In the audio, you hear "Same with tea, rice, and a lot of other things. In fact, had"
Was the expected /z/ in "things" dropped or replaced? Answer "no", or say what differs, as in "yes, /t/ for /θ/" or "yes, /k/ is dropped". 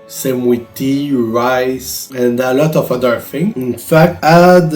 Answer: yes, /z/ is dropped